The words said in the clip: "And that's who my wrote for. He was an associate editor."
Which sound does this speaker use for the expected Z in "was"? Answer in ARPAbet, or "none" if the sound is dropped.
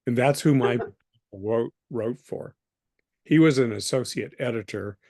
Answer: Z